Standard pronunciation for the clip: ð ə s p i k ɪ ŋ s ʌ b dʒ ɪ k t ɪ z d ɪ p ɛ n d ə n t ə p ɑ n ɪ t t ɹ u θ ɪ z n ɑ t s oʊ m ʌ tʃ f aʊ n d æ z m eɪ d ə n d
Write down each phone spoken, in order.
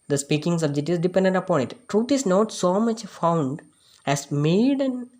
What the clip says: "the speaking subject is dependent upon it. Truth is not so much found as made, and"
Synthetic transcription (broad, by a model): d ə s p i k ɪ ŋ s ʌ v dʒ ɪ t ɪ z d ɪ p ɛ n d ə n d ə p ɑ n ɪ t t ɹ u t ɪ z n ɑ t s oʊ m ʌ tʃ f aʊ n d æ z m eɪ d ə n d